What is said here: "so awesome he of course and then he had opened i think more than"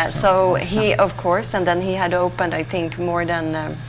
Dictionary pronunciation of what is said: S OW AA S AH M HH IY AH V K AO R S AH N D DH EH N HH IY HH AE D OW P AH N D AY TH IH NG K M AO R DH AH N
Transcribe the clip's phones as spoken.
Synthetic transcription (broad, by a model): S OW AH HH IY AH V K AO R S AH N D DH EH N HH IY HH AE D OW P AH N D AY TH IH NG K M AO R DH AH N